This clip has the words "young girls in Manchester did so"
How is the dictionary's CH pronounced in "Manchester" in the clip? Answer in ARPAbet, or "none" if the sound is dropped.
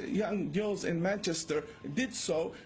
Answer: CH